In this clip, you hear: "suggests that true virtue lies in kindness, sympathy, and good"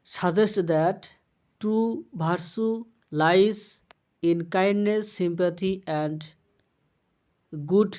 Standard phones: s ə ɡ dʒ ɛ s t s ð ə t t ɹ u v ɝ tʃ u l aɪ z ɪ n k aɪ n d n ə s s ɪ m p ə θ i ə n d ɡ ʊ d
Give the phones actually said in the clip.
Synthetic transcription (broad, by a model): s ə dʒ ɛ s t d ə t t ɹ u b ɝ s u l aɪ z ɪ n k aɪ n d n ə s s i m p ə t i ə n d ɡ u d